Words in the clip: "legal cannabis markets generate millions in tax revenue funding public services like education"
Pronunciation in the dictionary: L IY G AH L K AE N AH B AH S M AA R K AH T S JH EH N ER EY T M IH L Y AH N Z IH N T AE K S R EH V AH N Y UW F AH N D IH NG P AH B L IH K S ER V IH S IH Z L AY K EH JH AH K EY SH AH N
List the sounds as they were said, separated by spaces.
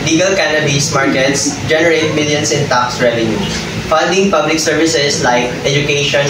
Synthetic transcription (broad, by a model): L IY G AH L K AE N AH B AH S M AA R K AH T S JH EH N ER EY T M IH L Y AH N S IH N T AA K S R EH V AH N Y UW F AH N D IH NG P AH B L IH K S ER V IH S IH S L AY K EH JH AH K EY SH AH N